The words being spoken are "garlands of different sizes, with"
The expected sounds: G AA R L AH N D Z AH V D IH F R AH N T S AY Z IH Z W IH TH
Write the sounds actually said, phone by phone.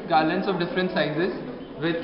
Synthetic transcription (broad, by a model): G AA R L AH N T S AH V D IH F R AH N T S AY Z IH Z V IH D